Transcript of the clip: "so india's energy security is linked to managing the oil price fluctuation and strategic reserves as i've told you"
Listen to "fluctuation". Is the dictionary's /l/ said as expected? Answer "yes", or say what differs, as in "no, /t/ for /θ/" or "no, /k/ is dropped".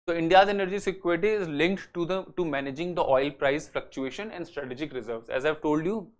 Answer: yes